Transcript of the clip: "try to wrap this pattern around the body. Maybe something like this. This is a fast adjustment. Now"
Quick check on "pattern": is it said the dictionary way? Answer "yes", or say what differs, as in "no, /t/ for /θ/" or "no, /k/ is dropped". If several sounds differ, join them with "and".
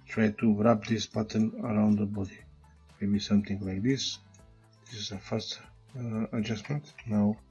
no, /b/ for /p/